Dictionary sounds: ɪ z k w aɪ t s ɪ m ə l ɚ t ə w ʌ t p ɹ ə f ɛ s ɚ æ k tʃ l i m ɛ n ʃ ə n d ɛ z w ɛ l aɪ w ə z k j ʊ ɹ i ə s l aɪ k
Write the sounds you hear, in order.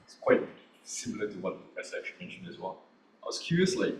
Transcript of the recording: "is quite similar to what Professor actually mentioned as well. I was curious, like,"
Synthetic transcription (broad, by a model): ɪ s k w aɪ t s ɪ m l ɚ t ə w ʌ t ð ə p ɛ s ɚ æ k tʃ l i m ɛ n ʃ ə n d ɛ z w ɛ l aɪ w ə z k j ʊ ɹ i ə s l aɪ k